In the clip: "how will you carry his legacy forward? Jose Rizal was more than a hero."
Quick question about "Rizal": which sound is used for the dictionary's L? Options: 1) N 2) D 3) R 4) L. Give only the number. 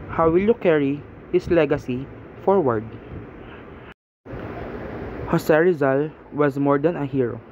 4